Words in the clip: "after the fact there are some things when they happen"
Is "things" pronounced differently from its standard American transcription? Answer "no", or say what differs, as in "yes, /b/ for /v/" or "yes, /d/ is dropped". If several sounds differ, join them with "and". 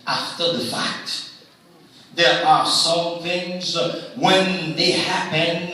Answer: no